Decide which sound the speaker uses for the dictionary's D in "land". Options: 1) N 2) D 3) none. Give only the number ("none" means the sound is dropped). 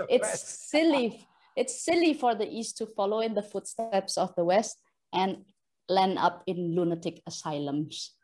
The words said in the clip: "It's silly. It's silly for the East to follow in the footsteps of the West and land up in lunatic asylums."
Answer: 3